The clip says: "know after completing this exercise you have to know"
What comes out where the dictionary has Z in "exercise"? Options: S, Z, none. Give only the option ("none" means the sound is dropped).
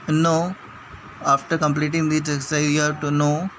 none